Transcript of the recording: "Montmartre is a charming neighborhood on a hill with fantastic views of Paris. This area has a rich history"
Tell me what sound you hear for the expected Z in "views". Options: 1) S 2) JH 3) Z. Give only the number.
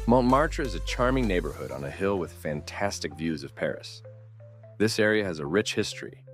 3